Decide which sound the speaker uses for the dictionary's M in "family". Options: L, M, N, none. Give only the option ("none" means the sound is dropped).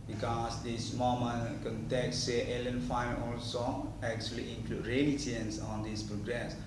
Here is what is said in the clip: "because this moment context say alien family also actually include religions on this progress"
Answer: none